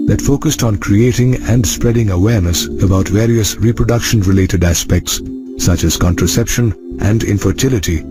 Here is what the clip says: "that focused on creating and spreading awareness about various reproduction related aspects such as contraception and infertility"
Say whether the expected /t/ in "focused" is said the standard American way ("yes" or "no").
yes